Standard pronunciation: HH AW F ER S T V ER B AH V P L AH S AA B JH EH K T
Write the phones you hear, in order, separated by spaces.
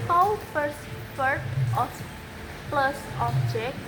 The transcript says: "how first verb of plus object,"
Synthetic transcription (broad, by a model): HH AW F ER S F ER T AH P L AH S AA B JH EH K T